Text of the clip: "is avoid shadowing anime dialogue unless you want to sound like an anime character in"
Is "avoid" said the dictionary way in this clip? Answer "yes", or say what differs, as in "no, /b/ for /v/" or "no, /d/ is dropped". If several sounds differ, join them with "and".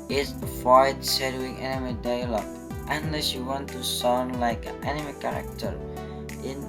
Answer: no, /v/ is dropped